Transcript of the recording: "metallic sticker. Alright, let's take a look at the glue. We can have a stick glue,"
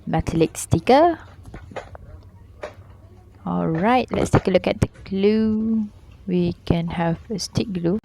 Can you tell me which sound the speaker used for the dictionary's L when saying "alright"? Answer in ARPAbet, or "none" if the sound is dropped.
L